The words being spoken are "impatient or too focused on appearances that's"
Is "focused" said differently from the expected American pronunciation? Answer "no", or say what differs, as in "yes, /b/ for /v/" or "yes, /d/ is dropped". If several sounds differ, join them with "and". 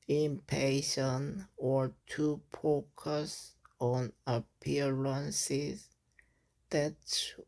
yes, /t/ is dropped